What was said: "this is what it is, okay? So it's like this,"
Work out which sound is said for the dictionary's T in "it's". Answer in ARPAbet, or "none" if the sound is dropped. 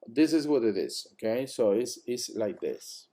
S